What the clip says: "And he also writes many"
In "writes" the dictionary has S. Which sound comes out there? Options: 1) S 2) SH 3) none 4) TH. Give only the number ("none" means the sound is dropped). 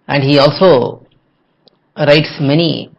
1